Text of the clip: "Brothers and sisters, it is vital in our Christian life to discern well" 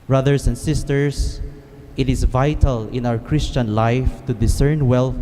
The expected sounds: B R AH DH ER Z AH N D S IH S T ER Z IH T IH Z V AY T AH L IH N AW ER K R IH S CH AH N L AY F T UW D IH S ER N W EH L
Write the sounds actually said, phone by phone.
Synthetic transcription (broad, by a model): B R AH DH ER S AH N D S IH S T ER S IH T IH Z V AY T AH L IH N AW ER K R IH S CH AH N L AY F T UW D IH S ER N W EH L